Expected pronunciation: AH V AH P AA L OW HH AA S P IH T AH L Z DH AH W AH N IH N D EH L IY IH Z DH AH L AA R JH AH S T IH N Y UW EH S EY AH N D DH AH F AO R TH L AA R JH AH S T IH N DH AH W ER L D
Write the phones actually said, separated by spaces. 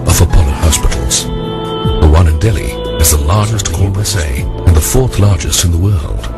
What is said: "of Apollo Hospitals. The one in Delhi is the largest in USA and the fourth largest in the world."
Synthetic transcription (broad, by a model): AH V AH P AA L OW HH AA S P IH T L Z DH AH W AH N IH N D EH L IY IH Z DH AH L AA R JH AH S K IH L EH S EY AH N DH AH F AO R TH L AA R JH AH S T IH N DH AH W ER L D